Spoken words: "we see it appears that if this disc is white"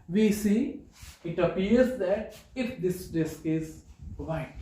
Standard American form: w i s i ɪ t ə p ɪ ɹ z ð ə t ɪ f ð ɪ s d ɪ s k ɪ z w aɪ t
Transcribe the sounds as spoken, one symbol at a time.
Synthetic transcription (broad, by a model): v i s i ɪ t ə p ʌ ɹ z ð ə t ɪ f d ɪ s d ɪ s k ɪ z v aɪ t